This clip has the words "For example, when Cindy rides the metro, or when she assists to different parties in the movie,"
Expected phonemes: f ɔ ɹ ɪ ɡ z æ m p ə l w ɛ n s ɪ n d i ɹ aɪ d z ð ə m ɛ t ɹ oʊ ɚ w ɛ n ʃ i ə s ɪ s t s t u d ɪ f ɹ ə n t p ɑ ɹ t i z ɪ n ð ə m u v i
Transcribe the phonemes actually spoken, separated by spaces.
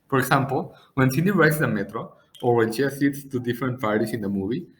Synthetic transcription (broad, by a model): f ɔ ɹ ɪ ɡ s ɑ m p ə l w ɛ n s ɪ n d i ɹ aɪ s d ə m ɛ t ɹ oʊ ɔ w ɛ n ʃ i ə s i t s t u d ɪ f ɹ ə n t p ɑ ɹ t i s ɪ n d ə m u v i